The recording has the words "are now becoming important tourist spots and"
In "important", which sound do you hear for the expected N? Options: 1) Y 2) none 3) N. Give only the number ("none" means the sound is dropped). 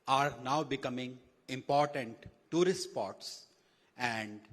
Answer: 3